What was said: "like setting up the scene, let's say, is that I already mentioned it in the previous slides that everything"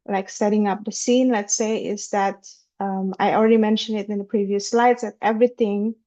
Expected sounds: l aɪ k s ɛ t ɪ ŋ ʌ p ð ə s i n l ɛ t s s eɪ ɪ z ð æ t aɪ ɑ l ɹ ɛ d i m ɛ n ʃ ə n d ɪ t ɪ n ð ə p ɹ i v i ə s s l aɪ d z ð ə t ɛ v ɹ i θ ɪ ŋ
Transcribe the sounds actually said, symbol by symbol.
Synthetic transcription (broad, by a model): l aɪ k s ɛ t ɪ ŋ ʌ p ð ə s i n l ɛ t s s eɪ ɪ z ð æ t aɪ ɑ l ɹ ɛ d i m ɛ n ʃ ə n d ɪ t ɪ n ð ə p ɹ i v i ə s s l aɪ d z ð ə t ɛ v ɹ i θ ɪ ŋ